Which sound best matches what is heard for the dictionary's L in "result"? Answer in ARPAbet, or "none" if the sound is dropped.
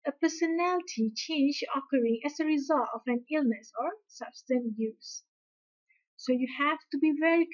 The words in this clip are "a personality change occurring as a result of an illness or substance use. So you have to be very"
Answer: L